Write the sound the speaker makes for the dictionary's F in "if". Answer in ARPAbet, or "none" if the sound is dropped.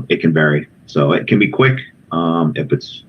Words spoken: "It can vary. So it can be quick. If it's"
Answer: P